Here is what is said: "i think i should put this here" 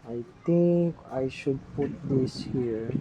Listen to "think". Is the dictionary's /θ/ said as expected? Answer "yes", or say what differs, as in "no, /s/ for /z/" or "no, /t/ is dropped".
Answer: no, /t/ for /θ/